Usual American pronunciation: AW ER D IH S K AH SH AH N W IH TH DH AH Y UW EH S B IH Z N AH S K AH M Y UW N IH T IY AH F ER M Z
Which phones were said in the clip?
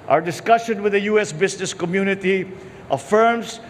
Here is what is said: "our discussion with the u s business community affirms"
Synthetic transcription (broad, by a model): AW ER D IH S K AH SH AH N W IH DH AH Y UW EH S B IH S N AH S K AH M Y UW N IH T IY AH F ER M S